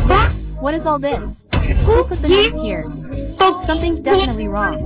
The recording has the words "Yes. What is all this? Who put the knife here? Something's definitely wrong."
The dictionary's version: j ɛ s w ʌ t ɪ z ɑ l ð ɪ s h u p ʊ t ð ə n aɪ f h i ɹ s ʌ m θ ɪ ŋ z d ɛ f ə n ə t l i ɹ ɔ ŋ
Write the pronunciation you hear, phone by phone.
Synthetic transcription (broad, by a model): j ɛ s w ʌ t ɪ z ɑ l ð ɪ s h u p ʊ t ð ə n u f h i ɹ s ʌ m θ ɪ ŋ z d ɛ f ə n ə t l i ɹ ɔ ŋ